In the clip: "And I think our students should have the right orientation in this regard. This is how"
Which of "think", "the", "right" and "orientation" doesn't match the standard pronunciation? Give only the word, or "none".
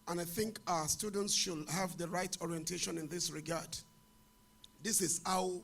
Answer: none